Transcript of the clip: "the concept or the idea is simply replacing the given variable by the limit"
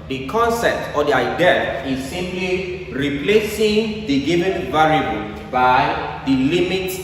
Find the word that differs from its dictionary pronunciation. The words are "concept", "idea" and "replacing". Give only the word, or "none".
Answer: none